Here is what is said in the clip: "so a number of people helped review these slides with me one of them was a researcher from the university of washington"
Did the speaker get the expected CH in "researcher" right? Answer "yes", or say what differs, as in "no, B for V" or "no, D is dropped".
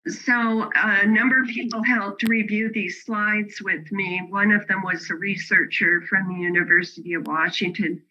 yes